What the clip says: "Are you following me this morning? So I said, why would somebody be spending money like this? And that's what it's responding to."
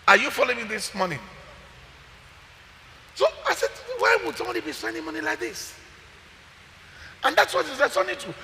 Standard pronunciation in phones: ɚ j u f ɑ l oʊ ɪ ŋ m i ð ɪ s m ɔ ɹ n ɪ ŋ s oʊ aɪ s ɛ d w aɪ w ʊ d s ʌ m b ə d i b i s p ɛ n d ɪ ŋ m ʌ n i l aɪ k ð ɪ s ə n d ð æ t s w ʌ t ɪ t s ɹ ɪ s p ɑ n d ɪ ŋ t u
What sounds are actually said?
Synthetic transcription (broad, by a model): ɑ j u f ɑ l oʊ ɪ ŋ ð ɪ s m ɔ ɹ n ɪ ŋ s oʊ aɪ s ɛ d w aɪ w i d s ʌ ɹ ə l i b i s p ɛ n d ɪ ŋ m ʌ n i l aɪ k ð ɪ s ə n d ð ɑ t s w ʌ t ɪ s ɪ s ɑ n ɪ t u